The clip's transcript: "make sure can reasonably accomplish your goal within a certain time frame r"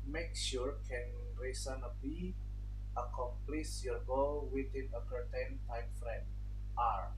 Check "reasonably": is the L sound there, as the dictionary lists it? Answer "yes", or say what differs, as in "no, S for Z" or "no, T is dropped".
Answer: no, L is dropped